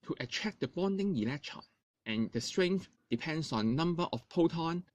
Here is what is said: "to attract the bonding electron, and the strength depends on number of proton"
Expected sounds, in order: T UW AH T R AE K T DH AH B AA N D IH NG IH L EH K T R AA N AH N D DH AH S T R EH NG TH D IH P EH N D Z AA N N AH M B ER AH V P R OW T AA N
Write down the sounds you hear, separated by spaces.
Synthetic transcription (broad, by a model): T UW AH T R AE K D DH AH B AA N D IH NG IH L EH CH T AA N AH N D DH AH S T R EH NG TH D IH P EH N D S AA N N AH M B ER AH F P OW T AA N